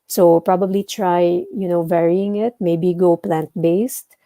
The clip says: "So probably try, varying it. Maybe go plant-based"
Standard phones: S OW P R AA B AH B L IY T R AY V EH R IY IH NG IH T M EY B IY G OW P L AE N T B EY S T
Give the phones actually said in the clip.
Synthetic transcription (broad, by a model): S OW P R AA B AH B L IY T R AY V EH R IY IH NG IH T M EY B IY G OW P L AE N T B EY S T